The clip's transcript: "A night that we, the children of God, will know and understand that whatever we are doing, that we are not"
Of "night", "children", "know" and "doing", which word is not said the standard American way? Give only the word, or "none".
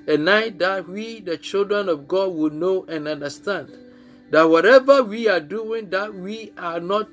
none